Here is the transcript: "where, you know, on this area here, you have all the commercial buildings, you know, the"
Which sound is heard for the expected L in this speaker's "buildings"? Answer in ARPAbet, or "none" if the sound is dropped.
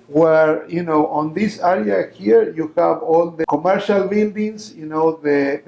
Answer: N